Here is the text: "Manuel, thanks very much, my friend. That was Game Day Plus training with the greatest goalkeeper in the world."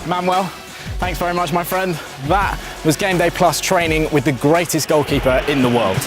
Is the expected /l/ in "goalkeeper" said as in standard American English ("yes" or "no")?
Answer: yes